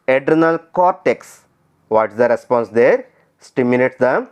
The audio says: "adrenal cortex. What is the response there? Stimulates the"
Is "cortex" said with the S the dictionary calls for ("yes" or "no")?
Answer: yes